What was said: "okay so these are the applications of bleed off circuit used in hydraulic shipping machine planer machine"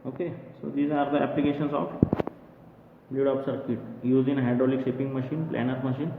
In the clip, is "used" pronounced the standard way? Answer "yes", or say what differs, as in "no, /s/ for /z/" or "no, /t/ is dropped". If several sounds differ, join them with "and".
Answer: no, /d/ is dropped